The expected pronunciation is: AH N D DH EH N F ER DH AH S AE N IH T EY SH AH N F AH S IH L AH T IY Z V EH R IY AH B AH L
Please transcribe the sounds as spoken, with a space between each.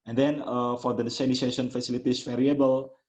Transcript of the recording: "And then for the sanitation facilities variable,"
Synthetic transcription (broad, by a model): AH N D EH N F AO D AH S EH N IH S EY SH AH N F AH S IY L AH T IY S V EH R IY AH B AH L